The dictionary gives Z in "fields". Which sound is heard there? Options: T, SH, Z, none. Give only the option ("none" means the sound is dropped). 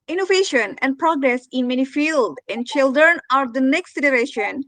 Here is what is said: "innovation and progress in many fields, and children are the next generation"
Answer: none